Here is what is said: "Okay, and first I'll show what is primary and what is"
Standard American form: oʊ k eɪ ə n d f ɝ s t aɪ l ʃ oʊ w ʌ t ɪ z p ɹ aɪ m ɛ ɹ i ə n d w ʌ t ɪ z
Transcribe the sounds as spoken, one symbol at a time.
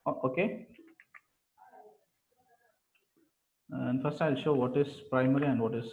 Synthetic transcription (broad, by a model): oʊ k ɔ ə n d f ɝ s t aɪ l ʃ oʊ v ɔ t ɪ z p ɹ aɪ m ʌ ɹ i ə n d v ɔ t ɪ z